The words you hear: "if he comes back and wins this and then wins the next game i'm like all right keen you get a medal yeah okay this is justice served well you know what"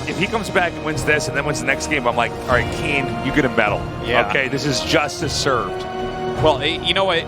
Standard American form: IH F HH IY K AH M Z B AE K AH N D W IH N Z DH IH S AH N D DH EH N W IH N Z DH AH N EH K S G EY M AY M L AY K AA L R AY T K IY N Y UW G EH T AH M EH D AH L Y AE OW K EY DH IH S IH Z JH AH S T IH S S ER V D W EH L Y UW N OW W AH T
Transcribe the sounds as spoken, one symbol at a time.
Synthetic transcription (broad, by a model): IH F HH IY K AH M Z B AE K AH N W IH N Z DH IH S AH N DH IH N W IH N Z DH AH N EH K S G EY M AY M L AY K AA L R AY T K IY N Y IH G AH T AH M EH D L Y AE OW K EY DH IH S IH Z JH AH S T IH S S ER V D W EH L Y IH N OW W AH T